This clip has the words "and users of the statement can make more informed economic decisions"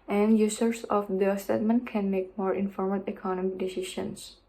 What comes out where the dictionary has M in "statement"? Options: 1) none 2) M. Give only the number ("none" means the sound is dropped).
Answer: 2